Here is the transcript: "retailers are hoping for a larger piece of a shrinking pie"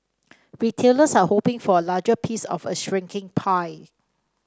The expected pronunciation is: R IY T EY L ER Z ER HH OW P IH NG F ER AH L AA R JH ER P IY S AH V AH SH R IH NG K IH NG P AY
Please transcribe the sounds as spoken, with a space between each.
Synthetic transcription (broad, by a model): R IY T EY L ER S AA HH OW P IH NG F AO AH L AA JH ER P IY S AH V AH SH R IH NG K IH NG P AY